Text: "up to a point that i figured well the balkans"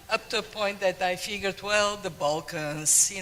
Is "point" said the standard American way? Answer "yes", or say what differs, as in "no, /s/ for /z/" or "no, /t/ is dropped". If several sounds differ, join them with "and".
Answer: yes